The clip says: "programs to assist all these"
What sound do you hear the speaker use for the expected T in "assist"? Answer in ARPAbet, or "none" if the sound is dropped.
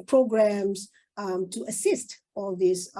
T